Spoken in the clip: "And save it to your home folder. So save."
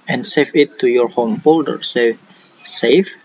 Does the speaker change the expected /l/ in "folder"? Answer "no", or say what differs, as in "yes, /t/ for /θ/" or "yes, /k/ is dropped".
no